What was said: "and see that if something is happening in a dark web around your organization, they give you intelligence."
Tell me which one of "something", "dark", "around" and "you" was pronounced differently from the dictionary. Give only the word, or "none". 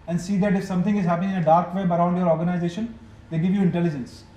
something